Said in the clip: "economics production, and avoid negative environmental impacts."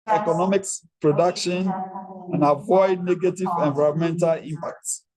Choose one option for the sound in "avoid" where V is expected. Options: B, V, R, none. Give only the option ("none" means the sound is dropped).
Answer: V